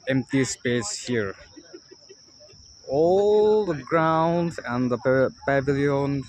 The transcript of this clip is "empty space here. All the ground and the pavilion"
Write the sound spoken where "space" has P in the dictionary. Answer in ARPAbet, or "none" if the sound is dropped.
P